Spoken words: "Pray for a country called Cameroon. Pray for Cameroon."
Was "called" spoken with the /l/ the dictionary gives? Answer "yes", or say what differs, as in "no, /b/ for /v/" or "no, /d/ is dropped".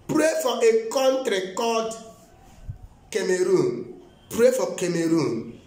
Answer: no, /l/ is dropped